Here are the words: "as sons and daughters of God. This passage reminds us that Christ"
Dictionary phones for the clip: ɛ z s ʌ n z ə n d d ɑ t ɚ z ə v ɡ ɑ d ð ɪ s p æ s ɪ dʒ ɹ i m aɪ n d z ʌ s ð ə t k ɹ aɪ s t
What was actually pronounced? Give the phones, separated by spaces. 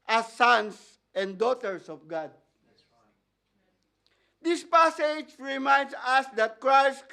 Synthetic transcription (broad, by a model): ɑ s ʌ n s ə n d d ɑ t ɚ s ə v ɡ ɑ d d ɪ s p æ s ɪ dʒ ɹ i m aɪ n d s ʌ s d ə t k ɹ aɪ s t